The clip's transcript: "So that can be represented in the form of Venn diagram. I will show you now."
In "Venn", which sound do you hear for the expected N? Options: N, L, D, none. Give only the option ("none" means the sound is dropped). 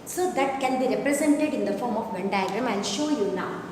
N